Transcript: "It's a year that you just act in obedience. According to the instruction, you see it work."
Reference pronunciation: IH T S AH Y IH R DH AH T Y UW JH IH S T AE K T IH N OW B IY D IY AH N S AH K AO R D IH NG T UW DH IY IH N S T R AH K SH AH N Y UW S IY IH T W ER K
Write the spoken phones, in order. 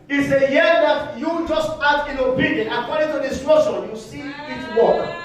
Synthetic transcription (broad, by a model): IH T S AH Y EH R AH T Y UW JH IH S T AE T IH N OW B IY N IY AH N AH K AO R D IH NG T UW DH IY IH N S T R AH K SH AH N Y UW S IY IH T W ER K